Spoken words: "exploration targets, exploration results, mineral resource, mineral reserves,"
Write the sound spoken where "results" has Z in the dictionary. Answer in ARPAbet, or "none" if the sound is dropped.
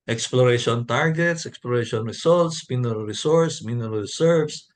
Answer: S